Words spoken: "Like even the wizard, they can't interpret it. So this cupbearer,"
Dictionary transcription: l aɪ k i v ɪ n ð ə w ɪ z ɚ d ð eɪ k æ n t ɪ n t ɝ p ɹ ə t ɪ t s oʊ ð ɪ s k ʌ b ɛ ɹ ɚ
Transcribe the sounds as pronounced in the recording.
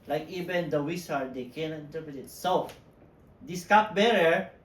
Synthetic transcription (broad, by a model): l aɪ k i v ɪ n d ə w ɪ s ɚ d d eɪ k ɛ n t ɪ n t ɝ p ɹ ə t ɪ t s oʊ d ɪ s k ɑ b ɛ ɹ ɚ